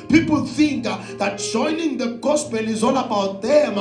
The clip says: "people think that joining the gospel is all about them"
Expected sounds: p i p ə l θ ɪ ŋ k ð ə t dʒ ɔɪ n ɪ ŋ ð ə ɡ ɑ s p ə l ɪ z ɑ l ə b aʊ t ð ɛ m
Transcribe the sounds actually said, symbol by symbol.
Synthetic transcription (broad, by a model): p i p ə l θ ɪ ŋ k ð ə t dʒ ɔɪ n ɪ ŋ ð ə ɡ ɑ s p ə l ɪ z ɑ n ə b aʊ t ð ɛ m